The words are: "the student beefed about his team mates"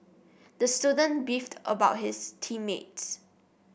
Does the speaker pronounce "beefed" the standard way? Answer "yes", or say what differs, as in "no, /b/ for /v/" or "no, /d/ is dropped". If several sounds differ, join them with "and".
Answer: yes